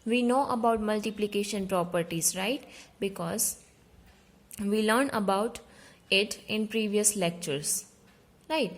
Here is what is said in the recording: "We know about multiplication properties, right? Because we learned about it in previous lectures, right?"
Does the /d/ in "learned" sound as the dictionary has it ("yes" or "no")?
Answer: no